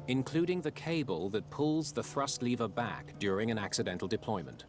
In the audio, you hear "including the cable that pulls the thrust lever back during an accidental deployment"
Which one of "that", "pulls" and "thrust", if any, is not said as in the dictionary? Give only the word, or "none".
none